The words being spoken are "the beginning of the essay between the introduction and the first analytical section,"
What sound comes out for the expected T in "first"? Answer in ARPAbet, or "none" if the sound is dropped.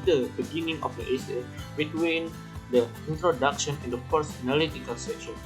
none